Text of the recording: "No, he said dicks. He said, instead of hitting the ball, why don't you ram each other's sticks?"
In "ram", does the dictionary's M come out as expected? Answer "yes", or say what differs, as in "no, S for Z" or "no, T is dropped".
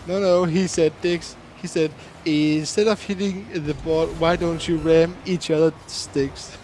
yes